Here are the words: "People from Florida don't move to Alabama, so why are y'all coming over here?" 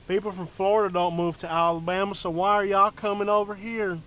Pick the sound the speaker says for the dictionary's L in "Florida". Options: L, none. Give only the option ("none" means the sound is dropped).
L